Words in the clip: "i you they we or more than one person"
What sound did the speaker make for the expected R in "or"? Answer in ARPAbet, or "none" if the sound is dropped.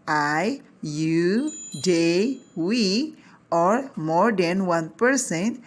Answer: R